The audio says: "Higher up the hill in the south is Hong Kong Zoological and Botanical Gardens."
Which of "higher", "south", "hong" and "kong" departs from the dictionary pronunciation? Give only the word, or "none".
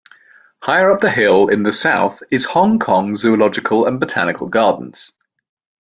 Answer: none